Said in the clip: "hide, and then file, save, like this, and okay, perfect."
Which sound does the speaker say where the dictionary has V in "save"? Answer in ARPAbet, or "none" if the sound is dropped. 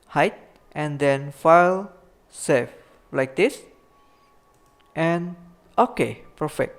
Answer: F